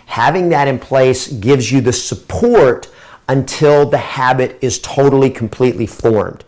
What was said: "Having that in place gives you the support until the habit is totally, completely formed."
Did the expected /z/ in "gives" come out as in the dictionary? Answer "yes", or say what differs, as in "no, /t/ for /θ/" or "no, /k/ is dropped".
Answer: yes